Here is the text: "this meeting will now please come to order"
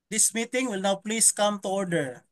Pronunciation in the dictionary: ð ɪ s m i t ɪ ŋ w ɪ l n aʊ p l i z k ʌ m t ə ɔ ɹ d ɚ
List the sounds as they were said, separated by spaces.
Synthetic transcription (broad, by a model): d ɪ s m i t ɪ ŋ w ɪ l n aʊ p l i s k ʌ m t ə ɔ ɹ d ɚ